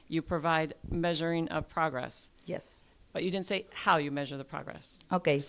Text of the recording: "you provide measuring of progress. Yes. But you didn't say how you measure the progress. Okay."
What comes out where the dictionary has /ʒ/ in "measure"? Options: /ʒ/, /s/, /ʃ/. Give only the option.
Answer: /ʒ/